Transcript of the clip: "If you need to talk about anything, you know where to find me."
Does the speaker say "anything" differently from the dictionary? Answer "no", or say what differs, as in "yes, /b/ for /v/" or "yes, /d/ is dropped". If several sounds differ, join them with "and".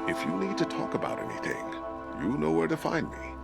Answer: no